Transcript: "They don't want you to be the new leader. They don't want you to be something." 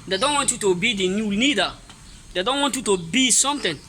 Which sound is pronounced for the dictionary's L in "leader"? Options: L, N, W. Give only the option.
N